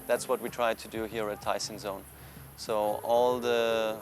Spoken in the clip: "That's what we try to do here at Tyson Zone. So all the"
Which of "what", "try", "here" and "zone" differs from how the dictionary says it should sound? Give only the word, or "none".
none